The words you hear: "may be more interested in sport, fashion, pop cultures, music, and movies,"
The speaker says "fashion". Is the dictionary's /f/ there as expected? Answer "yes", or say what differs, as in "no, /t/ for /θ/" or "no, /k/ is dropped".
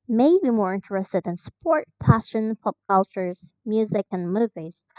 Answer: no, /p/ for /f/